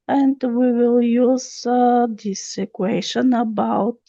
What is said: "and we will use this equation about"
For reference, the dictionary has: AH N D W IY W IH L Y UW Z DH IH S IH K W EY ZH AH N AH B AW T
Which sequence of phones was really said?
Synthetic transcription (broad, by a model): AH N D W IY W IH L Y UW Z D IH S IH K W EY SH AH N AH B AW T